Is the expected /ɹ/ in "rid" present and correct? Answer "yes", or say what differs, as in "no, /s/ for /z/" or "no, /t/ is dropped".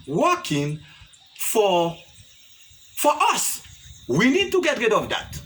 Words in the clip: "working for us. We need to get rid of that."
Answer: yes